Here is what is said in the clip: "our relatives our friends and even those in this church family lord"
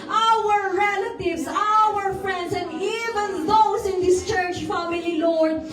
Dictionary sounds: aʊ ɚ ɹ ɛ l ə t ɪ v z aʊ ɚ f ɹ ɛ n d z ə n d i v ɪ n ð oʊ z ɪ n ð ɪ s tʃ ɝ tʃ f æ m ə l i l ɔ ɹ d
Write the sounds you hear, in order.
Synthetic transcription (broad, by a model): aʊ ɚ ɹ ɛ l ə t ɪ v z aʊ ɚ f ɹ ɛ n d s ə n d i v ɪ n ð oʊ s ɪ n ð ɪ s tʃ ɝ tʃ f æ m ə l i l ɔ ɹ d